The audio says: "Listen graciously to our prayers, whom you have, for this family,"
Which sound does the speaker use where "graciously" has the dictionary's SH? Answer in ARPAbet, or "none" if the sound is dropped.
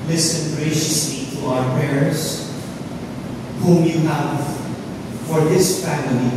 SH